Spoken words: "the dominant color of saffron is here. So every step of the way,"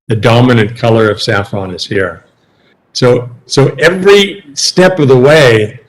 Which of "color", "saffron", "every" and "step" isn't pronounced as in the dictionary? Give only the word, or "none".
none